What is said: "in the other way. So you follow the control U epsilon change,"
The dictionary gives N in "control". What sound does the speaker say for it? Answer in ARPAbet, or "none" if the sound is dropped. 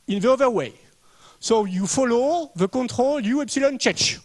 none